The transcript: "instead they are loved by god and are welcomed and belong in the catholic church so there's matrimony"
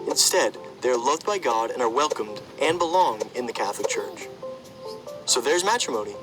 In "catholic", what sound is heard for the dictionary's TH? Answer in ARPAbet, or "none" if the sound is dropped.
TH